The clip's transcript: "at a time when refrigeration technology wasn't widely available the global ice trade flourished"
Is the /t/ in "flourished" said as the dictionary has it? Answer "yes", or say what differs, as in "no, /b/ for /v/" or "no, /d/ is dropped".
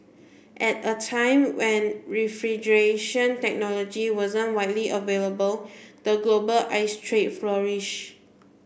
no, /t/ is dropped